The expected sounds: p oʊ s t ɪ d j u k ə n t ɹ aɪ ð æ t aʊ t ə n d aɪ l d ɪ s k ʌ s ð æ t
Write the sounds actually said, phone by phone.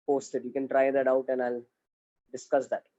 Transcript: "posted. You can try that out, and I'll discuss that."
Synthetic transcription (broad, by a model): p oʊ s t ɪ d j u k ə n t ɹ aɪ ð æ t aʊ t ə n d aɪ l d ɪ s k ʌ s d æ t